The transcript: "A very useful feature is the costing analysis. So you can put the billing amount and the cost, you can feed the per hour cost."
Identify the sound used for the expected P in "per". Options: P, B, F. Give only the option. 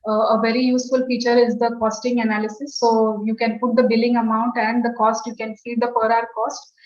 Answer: P